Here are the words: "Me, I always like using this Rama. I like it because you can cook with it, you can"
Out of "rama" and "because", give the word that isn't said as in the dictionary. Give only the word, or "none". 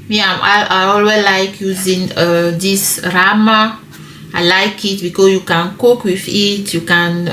because